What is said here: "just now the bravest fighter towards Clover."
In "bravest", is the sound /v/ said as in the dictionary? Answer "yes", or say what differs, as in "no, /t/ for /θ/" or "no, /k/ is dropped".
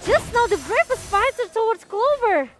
no, /f/ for /v/